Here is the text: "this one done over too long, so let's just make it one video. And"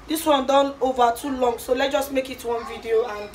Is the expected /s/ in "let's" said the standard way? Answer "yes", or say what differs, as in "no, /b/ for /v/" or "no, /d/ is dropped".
no, /s/ is dropped